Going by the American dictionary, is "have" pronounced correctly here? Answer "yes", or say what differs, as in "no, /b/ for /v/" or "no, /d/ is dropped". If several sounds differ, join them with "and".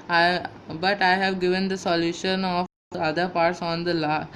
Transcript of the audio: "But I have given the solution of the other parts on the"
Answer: yes